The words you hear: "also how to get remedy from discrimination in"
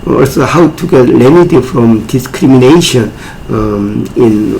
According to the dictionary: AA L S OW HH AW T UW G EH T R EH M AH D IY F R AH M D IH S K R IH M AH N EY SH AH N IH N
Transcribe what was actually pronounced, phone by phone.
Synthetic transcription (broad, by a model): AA L S OW HH AW T UW G EH T L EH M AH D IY F R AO M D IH S K R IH M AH N EY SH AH N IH N